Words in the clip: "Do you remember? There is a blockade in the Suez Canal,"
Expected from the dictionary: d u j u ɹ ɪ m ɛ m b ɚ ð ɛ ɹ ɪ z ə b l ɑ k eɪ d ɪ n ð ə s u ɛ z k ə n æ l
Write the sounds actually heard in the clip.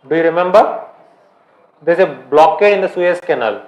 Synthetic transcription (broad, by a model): d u j u ɹ ɪ m ɛ m b ɚ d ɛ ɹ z ə b l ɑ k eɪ ɪ n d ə s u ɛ s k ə n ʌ l